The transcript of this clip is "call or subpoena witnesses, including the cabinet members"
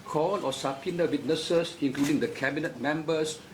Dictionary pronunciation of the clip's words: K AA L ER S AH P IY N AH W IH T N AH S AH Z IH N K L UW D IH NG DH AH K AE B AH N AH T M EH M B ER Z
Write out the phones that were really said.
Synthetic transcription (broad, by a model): K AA L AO S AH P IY N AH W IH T N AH S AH S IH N K L UW D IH NG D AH K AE B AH N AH T M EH M B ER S